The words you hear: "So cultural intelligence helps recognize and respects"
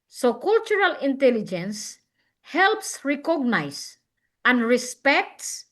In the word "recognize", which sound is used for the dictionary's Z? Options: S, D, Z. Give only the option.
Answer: S